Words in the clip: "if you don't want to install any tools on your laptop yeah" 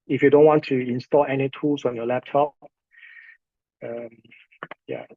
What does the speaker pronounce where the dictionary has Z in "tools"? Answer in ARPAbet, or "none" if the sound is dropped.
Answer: S